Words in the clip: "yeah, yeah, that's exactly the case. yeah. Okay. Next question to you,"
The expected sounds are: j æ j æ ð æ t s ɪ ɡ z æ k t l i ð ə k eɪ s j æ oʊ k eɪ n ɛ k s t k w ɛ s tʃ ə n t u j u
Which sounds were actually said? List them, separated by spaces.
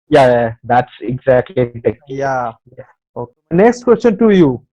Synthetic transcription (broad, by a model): j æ j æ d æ t s ɪ ɡ z æ k t l i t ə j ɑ j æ oʊ k eɪ n ɛ k s t k w ɛ s tʃ ə n t u j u